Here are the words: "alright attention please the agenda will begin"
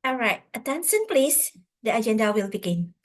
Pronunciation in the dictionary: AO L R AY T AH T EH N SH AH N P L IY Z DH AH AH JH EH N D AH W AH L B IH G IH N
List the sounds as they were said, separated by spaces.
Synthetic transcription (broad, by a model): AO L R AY T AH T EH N S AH N P L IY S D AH AH JH EH N D AH W AH L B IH G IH N